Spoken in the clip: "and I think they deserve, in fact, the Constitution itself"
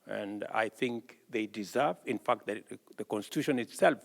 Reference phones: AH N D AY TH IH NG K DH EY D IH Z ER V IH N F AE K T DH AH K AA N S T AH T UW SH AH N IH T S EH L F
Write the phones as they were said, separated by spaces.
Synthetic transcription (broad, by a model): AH N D AY TH IH NG K DH EY D IH Z ER V IH N F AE K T DH AH K AA N S T AH T UW SH AH N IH T S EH L F